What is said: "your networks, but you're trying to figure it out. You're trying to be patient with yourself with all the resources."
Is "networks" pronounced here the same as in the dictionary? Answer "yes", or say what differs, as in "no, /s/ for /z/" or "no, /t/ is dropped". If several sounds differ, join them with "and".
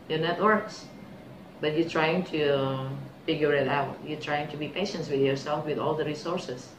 yes